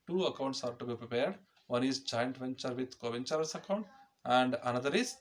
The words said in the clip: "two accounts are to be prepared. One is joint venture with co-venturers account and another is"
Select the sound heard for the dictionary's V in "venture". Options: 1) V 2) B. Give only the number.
1